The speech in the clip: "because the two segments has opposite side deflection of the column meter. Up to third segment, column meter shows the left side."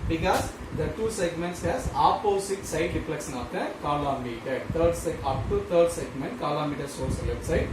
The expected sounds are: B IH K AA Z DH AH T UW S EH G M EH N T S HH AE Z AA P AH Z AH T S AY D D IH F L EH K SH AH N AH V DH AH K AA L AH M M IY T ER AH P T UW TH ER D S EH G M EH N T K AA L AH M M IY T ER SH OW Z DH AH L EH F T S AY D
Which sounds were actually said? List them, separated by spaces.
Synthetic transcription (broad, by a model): B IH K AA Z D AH T UW S EH G M EH N T S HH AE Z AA P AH S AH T S AY D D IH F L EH K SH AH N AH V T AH K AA L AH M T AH T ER AH P T UW T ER D S EH G M EH N T K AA L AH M M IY T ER S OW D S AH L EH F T S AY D